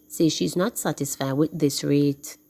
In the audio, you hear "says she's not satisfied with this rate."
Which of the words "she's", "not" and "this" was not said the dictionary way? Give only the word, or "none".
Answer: none